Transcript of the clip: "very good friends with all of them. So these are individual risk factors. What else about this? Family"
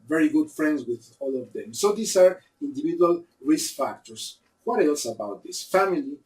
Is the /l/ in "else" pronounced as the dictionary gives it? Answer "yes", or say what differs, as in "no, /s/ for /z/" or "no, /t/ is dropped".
yes